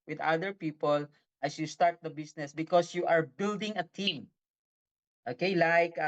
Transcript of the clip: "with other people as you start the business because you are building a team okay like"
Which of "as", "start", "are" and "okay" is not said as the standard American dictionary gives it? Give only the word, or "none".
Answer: as